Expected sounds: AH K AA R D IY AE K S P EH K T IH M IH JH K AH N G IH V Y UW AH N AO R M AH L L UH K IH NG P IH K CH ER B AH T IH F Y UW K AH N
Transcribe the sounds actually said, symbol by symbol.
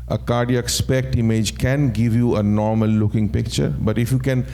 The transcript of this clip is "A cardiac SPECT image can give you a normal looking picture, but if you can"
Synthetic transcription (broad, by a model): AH K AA R D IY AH K S P EH K T IH M IH JH K AH N G IH V Y UW AH N AO R M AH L L UH K IH NG P IH K CH ER B AH T IH F Y UW K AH N